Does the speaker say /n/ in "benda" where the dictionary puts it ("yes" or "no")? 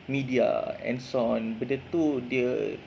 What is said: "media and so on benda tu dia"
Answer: no